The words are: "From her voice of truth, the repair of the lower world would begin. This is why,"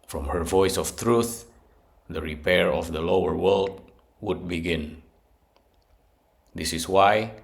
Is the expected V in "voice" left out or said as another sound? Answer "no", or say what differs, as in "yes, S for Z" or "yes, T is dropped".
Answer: no